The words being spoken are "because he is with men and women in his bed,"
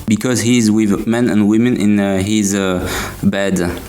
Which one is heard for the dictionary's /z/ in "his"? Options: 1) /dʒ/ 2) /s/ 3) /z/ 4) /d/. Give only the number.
3